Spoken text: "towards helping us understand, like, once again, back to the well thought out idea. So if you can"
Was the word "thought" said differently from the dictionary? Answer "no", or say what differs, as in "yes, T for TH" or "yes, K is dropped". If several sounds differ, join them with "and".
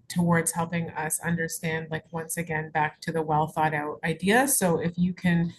no